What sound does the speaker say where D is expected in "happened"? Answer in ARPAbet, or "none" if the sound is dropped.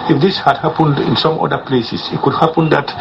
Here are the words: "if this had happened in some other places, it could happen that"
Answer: D